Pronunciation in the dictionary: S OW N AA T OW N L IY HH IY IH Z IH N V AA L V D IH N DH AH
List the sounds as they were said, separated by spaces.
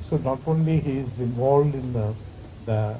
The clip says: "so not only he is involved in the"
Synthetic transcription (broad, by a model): S OW N AA T OW N L IY HH IY IH Z IH N V AA L V D IH N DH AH